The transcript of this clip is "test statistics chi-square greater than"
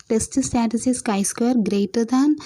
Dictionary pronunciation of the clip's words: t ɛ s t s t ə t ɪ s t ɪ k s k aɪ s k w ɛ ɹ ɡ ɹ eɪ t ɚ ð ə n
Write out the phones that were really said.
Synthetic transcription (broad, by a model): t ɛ s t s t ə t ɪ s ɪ s k aɪ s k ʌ ɹ ɡ ɹ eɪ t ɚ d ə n